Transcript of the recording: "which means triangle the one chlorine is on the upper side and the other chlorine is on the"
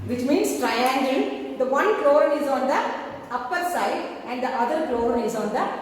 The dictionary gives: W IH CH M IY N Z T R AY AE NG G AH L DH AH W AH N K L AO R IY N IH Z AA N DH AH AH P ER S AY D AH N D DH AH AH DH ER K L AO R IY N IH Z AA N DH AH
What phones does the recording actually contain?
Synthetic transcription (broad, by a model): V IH CH M IY N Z T R AY AE NG G AH L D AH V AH N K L AO R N IH Z AA N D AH AH P ER S AY D AH N D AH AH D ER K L AO R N IH Z AA N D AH